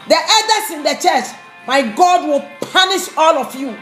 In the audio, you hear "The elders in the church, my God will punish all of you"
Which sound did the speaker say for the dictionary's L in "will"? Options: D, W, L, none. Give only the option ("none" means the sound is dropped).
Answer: L